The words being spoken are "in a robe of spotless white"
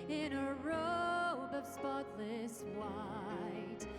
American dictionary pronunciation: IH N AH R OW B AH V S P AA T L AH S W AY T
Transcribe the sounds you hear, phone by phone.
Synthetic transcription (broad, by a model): IH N AH R OW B AH V S P AA T L AH S W AY T